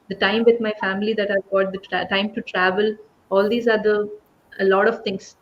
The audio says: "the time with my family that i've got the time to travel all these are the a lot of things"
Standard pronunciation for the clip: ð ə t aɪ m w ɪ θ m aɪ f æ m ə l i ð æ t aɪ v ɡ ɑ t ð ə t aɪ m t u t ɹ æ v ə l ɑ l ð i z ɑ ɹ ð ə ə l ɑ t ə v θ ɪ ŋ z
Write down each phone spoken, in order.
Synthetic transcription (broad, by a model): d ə t aɪ m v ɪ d m aɪ f æ m ə l i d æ t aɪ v ɡ ɑ t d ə t aɪ m t u t ɹ æ v ə l ɑ l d i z ɑ ɹ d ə ə l ɑ t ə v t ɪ ŋ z